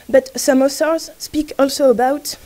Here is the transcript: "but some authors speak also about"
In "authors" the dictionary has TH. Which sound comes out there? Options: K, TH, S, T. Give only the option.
S